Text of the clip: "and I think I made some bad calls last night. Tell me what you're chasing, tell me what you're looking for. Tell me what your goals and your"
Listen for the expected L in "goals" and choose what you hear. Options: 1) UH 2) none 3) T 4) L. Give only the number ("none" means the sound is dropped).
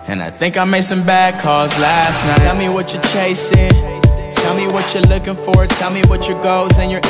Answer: 2